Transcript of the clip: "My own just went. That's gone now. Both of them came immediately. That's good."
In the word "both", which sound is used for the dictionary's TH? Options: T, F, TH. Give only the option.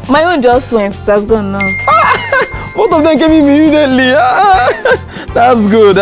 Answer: T